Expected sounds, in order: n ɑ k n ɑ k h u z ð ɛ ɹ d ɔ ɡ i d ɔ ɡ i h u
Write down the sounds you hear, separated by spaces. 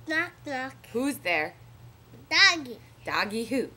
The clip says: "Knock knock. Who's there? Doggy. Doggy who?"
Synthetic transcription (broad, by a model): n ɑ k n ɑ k h u z ð ɛ ɹ d ɔ ɡ i d ɔ ɡ i h u